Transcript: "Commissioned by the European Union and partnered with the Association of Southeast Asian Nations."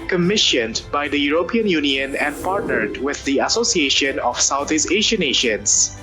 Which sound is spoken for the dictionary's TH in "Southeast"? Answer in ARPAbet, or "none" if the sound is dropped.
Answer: T